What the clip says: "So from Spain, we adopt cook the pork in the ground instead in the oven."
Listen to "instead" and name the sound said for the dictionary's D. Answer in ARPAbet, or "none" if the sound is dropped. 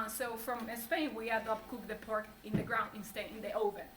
none